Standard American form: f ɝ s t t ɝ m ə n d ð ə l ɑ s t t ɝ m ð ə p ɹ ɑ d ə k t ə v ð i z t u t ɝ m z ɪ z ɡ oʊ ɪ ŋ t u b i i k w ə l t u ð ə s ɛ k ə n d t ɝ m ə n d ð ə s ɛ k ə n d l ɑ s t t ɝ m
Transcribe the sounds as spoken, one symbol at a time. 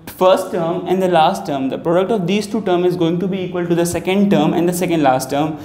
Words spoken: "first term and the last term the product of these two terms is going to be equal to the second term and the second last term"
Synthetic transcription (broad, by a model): f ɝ s t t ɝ m ə n d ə l ɑ s t t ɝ m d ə p ɹ ɑ d ə k t ə v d i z t u t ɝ m ɪ z ɡ oʊ ɪ ŋ t u b i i k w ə l t u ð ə s ɛ k ə n d t ɝ m ə n d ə s ɛ k ə n d l ɑ s t t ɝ m